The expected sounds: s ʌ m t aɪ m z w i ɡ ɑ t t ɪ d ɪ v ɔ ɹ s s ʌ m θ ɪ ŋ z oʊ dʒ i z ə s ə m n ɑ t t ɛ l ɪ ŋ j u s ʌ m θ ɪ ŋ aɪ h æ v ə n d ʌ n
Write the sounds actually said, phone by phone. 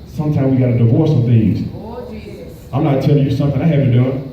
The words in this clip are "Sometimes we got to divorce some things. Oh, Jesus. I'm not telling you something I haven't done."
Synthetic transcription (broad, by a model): s ʌ m t aɪ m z w i ɡ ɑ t t ɪ d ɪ v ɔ ɹ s s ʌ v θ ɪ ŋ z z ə ə m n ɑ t t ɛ l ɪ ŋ j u s ʌ m θ ɪ ŋ aɪ h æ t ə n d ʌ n